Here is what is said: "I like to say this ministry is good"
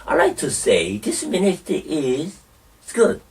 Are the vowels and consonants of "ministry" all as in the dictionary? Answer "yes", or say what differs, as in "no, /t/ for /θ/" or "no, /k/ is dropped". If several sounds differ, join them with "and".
no, /ɹ/ is dropped